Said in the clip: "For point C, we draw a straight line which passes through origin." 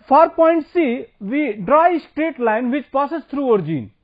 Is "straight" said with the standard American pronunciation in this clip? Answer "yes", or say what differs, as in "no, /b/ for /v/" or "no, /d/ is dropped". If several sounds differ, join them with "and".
yes